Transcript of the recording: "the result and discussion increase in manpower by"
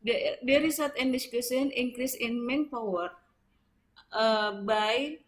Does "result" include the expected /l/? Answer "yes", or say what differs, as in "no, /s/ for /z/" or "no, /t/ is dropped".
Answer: no, /l/ is dropped